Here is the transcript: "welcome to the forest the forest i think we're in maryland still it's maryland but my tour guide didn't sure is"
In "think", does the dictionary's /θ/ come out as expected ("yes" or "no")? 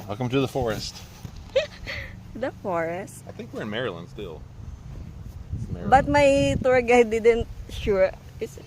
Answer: yes